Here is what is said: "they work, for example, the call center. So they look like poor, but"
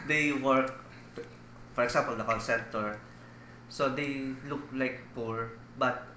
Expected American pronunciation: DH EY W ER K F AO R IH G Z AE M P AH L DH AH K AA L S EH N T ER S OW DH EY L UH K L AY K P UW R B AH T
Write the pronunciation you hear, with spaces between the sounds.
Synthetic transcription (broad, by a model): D EY W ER K F AO R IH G S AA M P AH L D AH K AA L S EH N T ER S OW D EY L UH K L AY K P UW R B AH T